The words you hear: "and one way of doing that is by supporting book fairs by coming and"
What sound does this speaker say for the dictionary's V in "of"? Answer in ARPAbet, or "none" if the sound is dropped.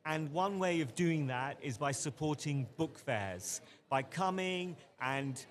V